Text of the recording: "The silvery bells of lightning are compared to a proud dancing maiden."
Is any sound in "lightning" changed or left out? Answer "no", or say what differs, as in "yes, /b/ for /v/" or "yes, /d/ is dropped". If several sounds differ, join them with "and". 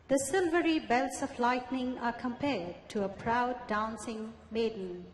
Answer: no